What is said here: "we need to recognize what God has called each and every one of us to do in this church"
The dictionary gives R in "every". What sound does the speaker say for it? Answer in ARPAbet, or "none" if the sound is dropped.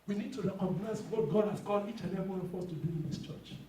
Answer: none